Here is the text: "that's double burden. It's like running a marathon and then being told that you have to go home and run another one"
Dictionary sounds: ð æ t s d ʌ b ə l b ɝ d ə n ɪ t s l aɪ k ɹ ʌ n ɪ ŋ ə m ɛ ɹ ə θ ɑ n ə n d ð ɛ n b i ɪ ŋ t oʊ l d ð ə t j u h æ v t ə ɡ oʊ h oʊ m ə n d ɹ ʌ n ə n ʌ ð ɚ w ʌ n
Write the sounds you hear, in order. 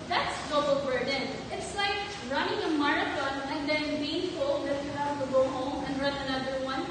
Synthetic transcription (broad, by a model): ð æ t s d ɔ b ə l b ɝ d ə n ɪ t s l aɪ k ɹ ʌ n ɪ ŋ ə m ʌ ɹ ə t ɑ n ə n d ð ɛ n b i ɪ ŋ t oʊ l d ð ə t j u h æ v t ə ɡ oʊ h oʊ m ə n ɹ ʌ n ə n ʌ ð ɚ w ʌ n